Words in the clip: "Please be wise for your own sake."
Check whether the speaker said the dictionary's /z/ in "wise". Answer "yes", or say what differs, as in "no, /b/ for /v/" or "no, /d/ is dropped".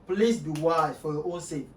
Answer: no, /z/ is dropped